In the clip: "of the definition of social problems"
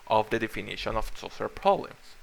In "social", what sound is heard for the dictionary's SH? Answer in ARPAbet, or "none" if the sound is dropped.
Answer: S